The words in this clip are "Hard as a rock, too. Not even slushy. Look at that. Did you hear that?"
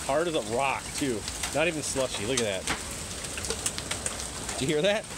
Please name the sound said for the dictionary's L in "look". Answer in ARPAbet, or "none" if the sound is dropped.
L